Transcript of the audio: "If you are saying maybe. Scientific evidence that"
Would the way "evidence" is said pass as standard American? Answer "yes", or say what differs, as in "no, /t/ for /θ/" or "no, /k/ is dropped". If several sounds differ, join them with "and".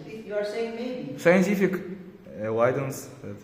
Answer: no, /w/ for /v/